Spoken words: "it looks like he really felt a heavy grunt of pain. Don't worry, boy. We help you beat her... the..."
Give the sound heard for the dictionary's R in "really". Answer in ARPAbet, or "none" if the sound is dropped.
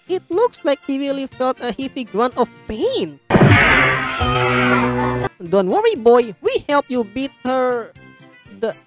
W